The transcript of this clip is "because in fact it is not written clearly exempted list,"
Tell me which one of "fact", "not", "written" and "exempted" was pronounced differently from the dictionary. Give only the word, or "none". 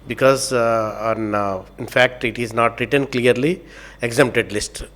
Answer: none